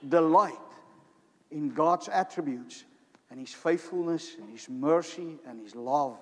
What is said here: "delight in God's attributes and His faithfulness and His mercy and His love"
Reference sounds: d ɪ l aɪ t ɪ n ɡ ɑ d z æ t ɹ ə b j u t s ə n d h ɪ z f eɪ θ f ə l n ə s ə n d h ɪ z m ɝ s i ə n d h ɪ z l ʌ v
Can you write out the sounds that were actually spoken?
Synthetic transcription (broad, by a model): d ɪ l aɪ t ɪ n ɡ ɑ d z æ t ɹ ə b j u t s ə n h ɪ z f eɪ θ f ə l n ə s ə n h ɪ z m ɝ s i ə n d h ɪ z l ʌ v